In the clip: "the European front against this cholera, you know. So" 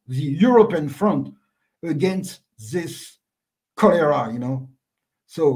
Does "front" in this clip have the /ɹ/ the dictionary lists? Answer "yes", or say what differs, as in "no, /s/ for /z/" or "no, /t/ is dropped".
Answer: yes